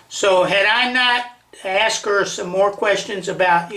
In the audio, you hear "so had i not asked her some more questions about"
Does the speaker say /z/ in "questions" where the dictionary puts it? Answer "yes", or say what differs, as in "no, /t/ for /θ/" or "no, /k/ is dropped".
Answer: yes